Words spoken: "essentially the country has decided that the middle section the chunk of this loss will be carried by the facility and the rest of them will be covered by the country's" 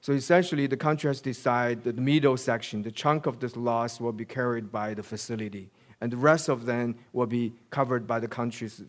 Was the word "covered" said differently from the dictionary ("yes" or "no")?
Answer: no